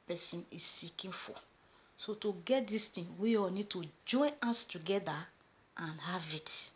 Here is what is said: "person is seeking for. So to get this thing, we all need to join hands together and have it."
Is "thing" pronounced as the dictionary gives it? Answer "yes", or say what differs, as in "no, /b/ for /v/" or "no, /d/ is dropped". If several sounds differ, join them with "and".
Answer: no, /t/ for /θ/